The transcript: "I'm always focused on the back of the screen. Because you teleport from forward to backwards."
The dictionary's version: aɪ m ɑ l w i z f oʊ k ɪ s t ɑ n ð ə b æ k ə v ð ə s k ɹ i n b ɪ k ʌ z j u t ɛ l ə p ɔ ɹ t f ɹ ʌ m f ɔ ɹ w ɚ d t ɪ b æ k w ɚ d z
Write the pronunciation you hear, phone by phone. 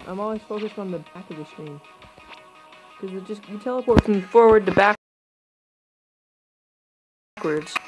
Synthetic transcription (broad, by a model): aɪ m ɑ l w i z f oʊ k ɪ s t n ð ə b æ k ə v ð ə s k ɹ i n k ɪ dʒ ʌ s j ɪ t ɛ l ə p ɔ ɹ t f ɹ ʌ m f ɔ ɹ w ɚ d t ɪ b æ k w ɚ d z